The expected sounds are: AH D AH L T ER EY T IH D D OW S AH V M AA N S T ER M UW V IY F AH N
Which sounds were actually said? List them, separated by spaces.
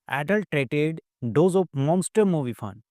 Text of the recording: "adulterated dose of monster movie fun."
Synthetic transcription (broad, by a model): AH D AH L T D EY T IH D D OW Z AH P M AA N S T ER M UW V IY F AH N